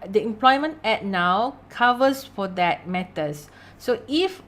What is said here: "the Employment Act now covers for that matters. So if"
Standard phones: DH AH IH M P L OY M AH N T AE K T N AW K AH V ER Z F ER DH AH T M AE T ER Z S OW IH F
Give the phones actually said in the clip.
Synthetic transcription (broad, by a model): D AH IH M P L OY M AH N T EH T N AW K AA V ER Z F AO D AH T M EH T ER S S OW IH F